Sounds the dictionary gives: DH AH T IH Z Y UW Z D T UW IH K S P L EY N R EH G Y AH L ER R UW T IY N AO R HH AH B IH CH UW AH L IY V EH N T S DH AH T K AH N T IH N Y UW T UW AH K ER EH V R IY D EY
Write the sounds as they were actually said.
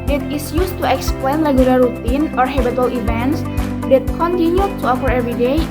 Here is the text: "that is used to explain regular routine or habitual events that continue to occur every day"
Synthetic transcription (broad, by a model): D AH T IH S Y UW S T UW IH K S P L EY N L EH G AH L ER R UW T IY N AO R HH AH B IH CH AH L IY V EH N T S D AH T K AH N T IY N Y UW T UW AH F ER EH V R IY D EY